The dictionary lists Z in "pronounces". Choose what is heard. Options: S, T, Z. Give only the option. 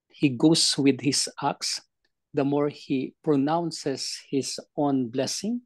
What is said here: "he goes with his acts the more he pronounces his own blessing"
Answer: S